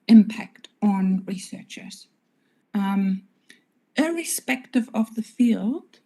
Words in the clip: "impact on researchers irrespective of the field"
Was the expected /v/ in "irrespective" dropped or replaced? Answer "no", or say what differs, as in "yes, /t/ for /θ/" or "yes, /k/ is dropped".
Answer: no